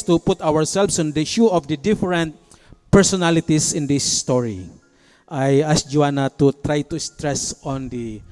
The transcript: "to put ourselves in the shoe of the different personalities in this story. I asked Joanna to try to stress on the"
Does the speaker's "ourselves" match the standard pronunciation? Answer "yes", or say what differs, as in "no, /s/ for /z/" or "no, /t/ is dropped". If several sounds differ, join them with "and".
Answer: no, /s/ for /z/